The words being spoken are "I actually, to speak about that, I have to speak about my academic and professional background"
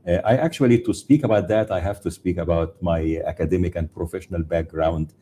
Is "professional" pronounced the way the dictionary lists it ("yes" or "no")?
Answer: yes